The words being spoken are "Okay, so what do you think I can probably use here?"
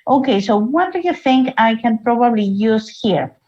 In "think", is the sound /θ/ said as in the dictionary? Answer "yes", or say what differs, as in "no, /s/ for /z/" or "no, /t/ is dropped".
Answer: yes